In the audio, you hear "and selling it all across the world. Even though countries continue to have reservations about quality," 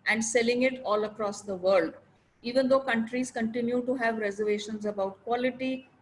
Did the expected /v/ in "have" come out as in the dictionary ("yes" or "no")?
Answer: yes